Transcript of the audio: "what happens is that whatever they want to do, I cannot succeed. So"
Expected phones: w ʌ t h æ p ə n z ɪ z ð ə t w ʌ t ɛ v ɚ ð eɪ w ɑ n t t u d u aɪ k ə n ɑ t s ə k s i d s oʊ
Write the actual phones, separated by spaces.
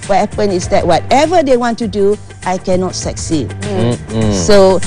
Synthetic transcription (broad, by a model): w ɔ t h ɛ p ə n ɪ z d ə t w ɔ t ɛ v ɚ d eɪ w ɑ n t t u d u aɪ k ə n ɑ t s ə k s i d s oʊ